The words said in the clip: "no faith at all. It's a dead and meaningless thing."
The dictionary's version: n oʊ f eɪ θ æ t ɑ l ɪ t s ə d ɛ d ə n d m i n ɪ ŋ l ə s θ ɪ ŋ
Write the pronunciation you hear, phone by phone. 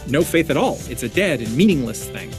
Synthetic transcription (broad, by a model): n oʊ f eɪ θ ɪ t ɑ l ɪ t s ə d ɛ d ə n m i n ɪ ŋ l ə s θ ɪ ŋ